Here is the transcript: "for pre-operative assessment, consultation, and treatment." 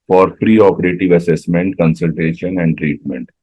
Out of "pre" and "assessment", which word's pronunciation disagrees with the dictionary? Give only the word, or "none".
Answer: none